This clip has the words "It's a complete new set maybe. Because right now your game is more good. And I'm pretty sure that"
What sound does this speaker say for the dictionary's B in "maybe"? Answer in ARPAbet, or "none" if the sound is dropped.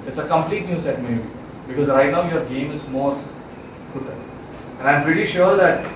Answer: none